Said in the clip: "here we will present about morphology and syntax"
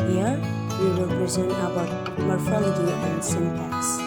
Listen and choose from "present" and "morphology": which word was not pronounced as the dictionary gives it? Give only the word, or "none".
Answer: present